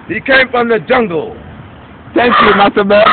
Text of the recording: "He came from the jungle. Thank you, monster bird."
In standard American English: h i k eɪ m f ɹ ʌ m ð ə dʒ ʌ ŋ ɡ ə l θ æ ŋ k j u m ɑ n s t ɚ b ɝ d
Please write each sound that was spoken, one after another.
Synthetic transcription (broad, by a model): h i k eɪ m f ɹ ʌ m ð ə dʒ ʌ ŋ ɡ ə l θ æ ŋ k j u m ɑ s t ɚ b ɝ